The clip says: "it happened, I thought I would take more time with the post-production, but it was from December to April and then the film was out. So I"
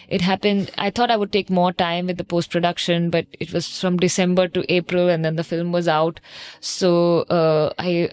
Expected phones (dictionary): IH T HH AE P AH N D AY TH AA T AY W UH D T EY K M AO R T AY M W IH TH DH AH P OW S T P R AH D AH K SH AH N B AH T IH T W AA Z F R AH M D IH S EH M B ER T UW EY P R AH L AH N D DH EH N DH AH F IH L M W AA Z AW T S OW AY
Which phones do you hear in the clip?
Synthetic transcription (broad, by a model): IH T HH AE P AH N D AY T AA T AY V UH D T EY K M AO R T AY M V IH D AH P OW S T P R AH D AH K SH AH N B AH T IH T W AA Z F R AH M D IH S EH M B ER T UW EY P R AH L AH N D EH N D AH F IH L M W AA Z AW T S OW AY